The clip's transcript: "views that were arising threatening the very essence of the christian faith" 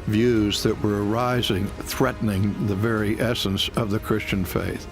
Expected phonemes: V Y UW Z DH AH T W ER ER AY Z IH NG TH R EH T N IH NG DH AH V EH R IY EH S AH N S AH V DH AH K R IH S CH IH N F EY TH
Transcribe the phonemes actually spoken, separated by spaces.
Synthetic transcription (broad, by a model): V Y UW Z DH AH T W ER ER AY Z IH NG TH R EH T N IH NG DH AH V EH R IY EH S AH N S AH V DH AH K R IH S CH IH N F EY TH